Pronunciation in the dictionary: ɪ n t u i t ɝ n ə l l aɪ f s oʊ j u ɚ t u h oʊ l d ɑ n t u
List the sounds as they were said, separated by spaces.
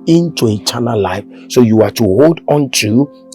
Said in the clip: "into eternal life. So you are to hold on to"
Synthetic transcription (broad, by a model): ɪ n t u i t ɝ n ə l l aɪ f s oʊ j u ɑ t u h oʊ l d ɑ n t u